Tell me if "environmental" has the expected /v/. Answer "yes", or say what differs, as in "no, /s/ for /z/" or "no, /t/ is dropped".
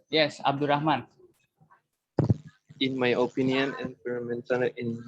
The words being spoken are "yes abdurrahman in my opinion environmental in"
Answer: no, /f/ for /v/